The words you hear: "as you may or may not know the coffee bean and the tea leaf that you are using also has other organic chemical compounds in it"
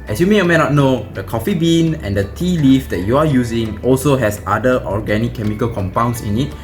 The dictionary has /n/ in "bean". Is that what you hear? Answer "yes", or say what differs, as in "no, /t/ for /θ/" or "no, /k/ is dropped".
yes